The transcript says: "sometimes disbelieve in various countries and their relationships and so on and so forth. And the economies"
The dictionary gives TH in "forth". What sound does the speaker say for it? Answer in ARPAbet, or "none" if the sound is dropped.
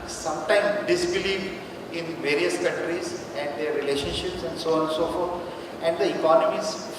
T